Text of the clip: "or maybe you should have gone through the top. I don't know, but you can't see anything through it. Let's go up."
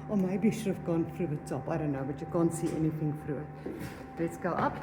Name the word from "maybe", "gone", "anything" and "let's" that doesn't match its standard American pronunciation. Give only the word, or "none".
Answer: maybe